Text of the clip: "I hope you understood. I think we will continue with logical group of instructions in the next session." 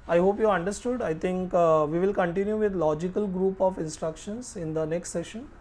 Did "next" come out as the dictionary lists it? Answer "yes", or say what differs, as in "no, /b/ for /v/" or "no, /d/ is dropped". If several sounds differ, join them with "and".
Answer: yes